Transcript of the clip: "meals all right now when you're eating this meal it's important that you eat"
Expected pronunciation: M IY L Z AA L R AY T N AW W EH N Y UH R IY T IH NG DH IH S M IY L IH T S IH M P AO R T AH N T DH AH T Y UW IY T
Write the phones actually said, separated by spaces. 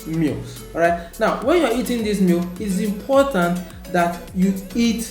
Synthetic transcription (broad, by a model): M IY L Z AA R AY T N AW W EH N Y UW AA IY T IH NG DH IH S M IY L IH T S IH M P AO T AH N T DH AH T Y UW IY T